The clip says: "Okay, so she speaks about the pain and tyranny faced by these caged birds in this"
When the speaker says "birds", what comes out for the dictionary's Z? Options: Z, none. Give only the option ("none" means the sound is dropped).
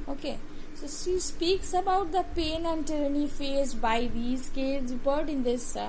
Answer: none